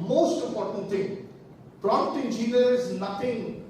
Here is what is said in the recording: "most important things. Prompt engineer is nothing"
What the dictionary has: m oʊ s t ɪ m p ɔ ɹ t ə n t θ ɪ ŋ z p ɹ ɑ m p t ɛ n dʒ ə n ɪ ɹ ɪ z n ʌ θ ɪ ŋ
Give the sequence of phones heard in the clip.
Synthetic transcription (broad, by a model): m oʊ s t ɪ m p ɔ ɹ t ə n t t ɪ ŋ p ɹ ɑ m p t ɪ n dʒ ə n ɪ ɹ ɪ z n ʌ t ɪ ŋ